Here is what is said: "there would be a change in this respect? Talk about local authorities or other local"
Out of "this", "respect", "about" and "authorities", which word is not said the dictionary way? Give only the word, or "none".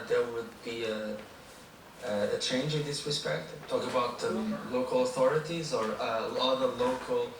none